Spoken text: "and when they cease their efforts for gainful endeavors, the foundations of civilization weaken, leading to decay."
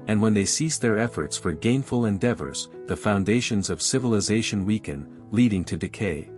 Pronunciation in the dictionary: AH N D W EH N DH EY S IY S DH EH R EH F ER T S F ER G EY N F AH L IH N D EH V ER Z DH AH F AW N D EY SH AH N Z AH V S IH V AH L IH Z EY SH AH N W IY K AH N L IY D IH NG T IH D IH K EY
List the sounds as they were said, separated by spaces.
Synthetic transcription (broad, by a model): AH N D W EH N DH EY S IY S DH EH R EH F ER T S F ER G EY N F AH L IH N D EH V ER Z DH AH F AW N D EY SH AH N Z AH V S IH V AH L IH Z EY SH AH N W IY K AH N L IY D IH NG T IH D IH K EY